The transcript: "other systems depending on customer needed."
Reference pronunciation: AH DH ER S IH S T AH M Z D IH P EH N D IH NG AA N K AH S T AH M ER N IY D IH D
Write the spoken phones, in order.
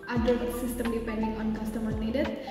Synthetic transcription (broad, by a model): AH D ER S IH S T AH M D IH P EH N D IH NG AA N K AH S T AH M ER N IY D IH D